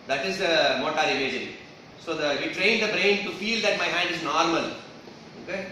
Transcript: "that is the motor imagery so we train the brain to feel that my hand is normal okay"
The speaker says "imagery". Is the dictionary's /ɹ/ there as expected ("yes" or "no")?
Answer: no